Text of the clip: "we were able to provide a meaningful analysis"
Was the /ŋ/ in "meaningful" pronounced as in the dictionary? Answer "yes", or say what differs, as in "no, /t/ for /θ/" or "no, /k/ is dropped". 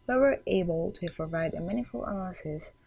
no, /ŋ/ is dropped